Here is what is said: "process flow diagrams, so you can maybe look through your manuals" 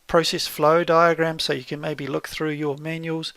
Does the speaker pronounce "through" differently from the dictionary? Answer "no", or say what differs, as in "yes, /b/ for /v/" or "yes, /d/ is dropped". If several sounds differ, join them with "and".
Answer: no